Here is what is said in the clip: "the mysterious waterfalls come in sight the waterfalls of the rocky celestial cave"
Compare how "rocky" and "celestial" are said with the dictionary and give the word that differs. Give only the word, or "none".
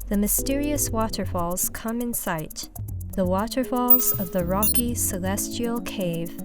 none